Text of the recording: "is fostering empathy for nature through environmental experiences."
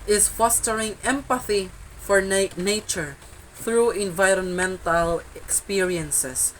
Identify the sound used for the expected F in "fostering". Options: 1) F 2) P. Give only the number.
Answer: 1